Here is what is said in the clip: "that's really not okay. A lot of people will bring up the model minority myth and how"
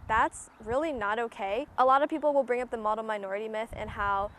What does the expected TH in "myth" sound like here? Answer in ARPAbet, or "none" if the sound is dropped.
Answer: TH